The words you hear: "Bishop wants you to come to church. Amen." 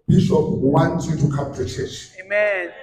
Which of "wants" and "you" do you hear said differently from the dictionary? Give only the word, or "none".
wants